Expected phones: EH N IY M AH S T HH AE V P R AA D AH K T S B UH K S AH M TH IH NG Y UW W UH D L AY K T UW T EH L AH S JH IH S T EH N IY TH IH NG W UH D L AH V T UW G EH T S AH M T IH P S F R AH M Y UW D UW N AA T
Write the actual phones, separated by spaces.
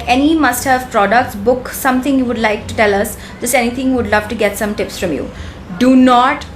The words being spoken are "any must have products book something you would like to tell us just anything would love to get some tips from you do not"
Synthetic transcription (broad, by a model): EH N IY M AH S T HH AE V P R AA D AH K T S B UH K S AH M T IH NG Y UW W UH D L AY K T UW T EH L AH S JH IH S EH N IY T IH NG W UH D L AH V T UW G EH T S AH M T IH P S F R AH M Y UW D UW N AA T